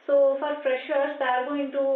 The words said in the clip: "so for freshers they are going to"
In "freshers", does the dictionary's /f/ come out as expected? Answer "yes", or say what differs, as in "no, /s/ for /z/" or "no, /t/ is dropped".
no, /p/ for /f/